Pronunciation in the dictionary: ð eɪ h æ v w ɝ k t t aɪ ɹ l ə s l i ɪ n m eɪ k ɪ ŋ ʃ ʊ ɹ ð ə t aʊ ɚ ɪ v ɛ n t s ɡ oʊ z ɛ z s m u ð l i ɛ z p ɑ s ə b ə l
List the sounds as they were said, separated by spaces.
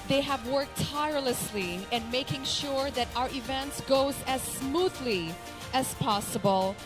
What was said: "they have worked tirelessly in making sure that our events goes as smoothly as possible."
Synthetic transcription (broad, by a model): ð eɪ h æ v w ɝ k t t aɪ ɹ l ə s l i ɪ n m eɪ k ɪ ŋ ʃ ʊ ɹ ð ə t aʊ ɚ ɪ v ɛ n t s ɡ oʊ z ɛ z s m u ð l i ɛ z p ɑ s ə b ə l